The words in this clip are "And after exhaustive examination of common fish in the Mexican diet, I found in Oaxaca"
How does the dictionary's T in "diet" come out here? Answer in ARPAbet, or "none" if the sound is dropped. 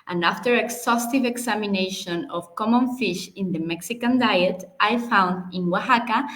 T